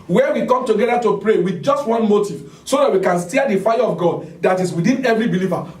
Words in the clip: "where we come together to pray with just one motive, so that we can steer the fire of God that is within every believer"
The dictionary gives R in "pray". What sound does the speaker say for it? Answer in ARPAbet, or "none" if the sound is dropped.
R